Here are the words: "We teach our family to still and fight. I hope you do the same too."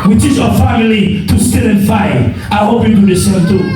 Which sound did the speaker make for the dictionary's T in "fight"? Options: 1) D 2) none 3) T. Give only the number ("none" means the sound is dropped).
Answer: 2